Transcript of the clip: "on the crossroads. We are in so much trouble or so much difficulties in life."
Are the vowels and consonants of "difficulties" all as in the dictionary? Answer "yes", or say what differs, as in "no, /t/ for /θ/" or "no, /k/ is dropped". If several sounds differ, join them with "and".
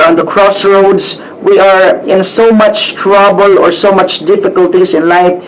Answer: no, /s/ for /z/